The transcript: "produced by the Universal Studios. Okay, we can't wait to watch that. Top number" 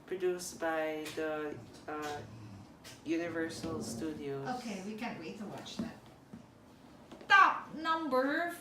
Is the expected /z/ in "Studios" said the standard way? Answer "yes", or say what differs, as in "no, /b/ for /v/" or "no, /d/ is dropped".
no, /z/ is dropped